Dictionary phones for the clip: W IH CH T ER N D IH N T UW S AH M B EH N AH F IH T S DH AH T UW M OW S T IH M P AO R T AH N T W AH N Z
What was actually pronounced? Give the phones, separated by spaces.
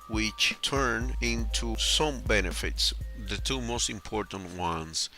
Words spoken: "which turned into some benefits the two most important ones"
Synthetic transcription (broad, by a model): W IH CH T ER N IH N T UW S AH M B EH N AH F IH T S DH AH T UW M OW S T IH M P AO R T AH N T W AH N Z